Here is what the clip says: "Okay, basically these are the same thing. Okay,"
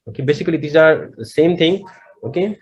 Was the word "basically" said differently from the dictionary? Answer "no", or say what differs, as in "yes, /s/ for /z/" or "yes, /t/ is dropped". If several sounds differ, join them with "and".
no